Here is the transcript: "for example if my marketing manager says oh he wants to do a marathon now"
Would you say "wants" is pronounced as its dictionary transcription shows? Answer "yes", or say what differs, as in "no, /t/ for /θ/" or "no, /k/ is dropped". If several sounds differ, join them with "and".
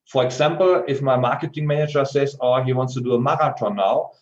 yes